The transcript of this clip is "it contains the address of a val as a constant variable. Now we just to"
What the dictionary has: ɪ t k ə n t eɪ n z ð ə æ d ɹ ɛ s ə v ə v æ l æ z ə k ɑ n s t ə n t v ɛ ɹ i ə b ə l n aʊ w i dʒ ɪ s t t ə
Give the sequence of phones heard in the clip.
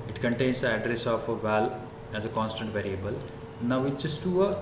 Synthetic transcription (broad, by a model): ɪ t k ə n t eɪ n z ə æ d ɹ ɛ s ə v ə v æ l æ z ə k ɑ n s t ə n t v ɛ ɹ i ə b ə l n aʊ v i tʃ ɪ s t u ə